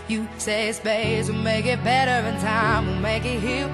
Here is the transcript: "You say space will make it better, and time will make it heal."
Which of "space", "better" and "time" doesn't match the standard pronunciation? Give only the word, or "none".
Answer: space